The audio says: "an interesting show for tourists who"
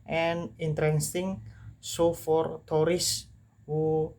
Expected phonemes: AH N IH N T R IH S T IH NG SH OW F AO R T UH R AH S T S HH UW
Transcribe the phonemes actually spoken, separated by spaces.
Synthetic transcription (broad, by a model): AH N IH N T R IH S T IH NG S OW F AO R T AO R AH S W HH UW